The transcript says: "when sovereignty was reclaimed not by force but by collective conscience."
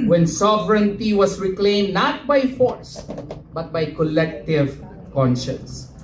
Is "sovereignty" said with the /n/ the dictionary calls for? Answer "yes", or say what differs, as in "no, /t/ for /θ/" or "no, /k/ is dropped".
yes